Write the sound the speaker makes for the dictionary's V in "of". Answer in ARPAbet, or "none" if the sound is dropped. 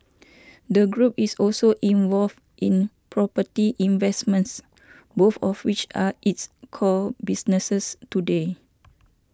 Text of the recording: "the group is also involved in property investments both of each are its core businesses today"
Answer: W